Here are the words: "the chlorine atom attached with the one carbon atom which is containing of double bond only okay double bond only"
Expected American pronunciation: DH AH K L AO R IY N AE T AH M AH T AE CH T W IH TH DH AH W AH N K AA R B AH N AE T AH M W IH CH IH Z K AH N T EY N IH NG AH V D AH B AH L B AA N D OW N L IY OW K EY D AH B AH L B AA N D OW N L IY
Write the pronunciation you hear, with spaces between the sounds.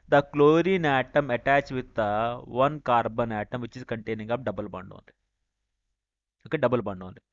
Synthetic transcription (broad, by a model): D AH K L AO R IY N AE T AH M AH T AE CH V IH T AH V AH N K AA R B AH N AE T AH M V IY CH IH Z K AH N T EY N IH NG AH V D AH B AH L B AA N D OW N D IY OW K EY D AH B AH L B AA N D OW N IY